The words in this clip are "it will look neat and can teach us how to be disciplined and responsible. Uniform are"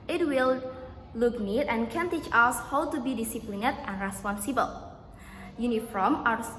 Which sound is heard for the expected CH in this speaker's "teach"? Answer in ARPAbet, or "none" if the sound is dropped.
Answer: CH